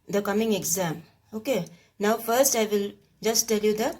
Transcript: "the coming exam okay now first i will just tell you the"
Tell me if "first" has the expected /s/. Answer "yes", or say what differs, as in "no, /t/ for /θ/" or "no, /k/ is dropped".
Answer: yes